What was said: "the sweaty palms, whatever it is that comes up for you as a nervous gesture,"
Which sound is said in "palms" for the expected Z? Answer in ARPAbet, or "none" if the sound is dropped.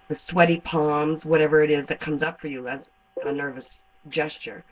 Z